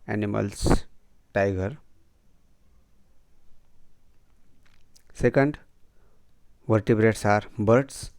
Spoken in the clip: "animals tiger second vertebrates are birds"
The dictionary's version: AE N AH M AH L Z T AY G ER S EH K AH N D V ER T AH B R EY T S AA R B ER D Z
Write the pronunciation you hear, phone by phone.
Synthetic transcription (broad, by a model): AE N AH M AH L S T AY G ER S EH K AH N D V ER T AH B R EY T S AA R B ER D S